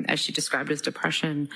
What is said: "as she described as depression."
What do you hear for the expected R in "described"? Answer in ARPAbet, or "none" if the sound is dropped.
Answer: R